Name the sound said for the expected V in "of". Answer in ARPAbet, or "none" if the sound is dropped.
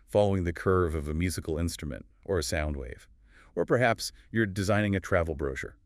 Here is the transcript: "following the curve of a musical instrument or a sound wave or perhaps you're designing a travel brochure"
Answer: V